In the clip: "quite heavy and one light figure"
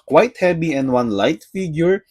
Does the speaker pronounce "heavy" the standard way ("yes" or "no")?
no